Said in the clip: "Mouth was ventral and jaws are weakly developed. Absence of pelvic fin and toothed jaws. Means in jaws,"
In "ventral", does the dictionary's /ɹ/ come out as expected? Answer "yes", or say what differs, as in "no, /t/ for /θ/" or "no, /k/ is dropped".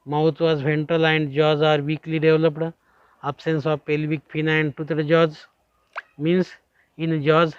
no, /ɹ/ is dropped